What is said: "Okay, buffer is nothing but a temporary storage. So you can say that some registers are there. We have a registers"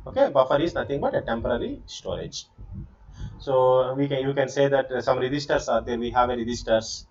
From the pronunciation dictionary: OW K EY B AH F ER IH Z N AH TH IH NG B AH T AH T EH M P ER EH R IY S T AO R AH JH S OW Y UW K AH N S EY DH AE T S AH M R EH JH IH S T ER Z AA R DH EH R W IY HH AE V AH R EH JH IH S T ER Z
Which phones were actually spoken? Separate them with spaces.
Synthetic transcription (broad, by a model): OW K EY B AH F ER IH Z N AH T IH NG B AH T AH T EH M P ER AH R IY S T AO R AH JH S OW Y UW K AH N S EY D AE T S AH M R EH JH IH S T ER S AA R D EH R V IY HH AE V AH R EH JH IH S T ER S